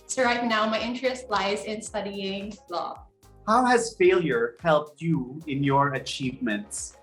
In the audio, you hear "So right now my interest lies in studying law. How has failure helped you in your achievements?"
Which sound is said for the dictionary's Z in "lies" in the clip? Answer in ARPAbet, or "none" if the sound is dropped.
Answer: Z